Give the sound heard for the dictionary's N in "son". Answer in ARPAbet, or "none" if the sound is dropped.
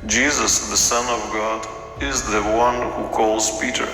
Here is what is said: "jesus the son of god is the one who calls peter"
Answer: N